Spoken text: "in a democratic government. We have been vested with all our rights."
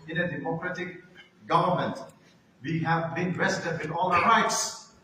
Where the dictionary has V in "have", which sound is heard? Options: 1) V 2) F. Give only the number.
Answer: 1